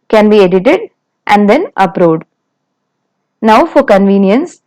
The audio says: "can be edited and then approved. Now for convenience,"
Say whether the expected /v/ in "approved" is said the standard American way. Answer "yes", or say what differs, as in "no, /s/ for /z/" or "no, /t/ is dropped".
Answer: no, /v/ is dropped